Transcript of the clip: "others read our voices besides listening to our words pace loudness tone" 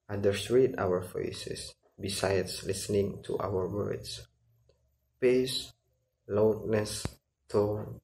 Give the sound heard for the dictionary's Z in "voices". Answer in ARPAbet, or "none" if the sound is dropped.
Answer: S